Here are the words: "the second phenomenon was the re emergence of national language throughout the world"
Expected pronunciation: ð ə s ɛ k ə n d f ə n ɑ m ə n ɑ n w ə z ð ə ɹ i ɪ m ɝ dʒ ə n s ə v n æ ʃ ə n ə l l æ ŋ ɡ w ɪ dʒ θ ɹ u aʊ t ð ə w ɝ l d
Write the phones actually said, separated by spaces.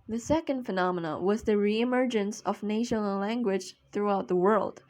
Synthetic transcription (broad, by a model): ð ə s ɛ k ə n d f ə n ɑ m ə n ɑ w ə z ð ə ɹ i ɪ m ɝ dʒ ə n s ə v n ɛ ə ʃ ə n l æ ŋ ɡ w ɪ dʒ θ ɹ u aʊ t ð ə w ɝ l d